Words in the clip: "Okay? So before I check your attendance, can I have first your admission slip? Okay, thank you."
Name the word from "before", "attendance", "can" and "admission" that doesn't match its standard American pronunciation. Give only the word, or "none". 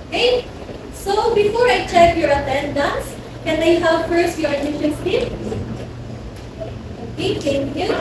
admission